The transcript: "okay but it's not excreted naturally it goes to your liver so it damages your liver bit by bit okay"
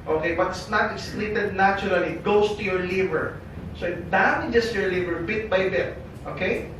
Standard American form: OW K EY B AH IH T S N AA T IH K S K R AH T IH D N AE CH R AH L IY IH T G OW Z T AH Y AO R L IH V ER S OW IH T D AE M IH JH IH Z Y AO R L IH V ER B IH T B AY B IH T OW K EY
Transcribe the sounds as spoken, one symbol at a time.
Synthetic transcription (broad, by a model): OW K EY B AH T S N AA T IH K S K L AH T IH D N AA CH R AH L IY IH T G OW S T AH Y AO R L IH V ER S OW IH T D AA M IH JH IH S Y AO R L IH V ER B IH T B AY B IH T OW K EY